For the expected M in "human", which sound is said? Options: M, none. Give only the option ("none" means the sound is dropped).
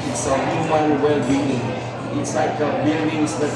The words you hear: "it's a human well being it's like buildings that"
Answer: none